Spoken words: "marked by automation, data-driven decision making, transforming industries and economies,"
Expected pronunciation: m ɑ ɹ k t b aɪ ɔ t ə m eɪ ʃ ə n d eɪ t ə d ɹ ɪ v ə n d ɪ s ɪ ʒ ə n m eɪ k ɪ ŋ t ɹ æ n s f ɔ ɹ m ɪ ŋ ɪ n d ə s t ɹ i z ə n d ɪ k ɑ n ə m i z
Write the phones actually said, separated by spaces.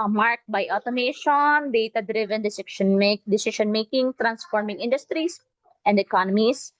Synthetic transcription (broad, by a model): m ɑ ɹ k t b aɪ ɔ t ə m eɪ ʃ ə n d eɪ t ə d ɹ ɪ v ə n d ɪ s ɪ ʃ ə n m eɪ k ɪ ŋ t ɹ æ n s f ɔ ɹ m ɪ ŋ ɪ n d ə s t ɹ i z ə n d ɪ k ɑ n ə m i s